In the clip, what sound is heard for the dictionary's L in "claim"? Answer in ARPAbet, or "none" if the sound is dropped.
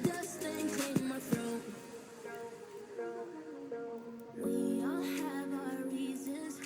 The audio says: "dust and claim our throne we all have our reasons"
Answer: none